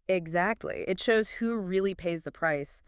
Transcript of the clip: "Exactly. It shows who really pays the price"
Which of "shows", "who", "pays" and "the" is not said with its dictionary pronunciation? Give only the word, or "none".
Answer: none